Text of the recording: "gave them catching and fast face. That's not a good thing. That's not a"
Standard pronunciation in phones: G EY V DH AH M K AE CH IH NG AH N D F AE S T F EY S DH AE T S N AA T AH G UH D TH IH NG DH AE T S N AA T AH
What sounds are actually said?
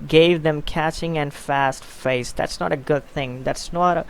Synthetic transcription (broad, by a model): G EY V DH AH M K AE CH IH NG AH N F AE S T F EY S DH AE T S N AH T AH G UH D TH IH NG DH AE T S N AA T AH